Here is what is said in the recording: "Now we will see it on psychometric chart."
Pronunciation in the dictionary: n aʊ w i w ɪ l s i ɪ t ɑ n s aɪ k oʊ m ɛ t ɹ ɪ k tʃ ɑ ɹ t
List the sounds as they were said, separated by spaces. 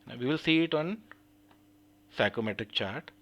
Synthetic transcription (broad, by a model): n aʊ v i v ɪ l s i ɪ t ɑ n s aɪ k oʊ m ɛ t ɪ k tʃ ɑ ɹ t